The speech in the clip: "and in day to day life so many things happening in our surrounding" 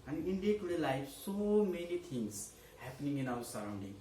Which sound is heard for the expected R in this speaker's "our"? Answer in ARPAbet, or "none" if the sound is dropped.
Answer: W